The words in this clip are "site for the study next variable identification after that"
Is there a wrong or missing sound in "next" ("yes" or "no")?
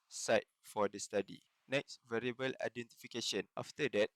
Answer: no